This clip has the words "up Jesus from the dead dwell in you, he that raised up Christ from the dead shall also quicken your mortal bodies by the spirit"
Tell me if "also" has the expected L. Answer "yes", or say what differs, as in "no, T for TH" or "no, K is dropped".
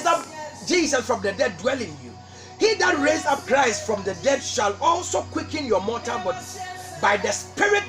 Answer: yes